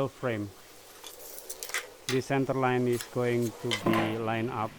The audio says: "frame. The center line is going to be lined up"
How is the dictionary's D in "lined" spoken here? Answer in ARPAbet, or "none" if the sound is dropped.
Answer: none